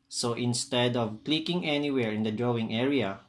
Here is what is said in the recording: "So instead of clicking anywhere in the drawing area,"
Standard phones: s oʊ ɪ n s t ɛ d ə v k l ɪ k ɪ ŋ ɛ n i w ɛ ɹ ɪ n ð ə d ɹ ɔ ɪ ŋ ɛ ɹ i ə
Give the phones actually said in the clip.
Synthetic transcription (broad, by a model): s oʊ ɪ n s t ɛ d ə v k l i k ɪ ŋ ɛ n i w ɛ ɹ ɪ n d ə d ɹ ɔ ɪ ŋ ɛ ɹ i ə